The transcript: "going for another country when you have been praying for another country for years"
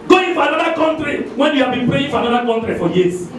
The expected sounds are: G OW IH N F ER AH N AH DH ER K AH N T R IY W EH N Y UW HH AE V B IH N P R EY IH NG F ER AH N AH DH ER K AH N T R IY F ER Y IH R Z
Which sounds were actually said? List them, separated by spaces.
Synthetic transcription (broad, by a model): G OW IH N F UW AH N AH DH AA K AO N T R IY W EH N Y UW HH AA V B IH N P EY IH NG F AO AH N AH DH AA K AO N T R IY F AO Y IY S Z